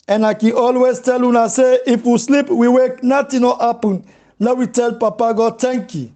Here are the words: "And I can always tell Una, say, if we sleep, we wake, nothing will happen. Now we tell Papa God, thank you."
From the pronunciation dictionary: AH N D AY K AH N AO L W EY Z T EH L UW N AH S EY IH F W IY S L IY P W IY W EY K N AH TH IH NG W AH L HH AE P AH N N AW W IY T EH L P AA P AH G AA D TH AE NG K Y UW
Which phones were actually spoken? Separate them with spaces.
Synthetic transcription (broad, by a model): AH N AY K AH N AO L W EY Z T EH L UW N AH S EY IH F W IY S L IY P W IY W EY K N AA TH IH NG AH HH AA P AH N L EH W IY T EH L P AA P AH G AA D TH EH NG K Y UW